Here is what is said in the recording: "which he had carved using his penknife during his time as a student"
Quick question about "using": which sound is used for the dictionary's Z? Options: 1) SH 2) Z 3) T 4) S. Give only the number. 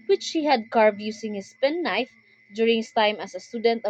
4